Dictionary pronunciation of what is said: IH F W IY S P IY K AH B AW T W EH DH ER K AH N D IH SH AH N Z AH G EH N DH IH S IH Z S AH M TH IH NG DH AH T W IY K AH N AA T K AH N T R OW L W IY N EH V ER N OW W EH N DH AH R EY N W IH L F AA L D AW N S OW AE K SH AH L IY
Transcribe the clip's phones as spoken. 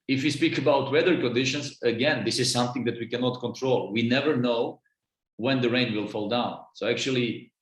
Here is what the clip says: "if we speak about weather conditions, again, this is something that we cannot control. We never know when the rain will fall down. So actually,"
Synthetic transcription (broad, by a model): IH F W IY S P IY K AH B AW T W EH DH ER K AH N D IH SH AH N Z AH G EH N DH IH S IH Z S AH M TH IH NG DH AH T W IY K AH N AA T K AH N T R OW L W IY N EH V ER N OW W EH N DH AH R EY N W IH L F AA L D AW N S OW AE K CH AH L IY